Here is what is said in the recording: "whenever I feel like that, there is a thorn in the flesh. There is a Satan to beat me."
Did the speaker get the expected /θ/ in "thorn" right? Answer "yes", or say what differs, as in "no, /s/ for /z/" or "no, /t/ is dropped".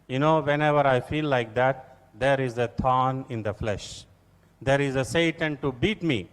no, /t/ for /θ/